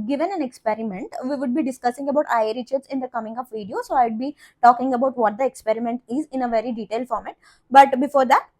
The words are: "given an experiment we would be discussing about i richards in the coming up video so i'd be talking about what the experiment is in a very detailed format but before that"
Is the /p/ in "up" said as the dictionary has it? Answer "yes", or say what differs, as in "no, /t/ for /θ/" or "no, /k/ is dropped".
no, /f/ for /p/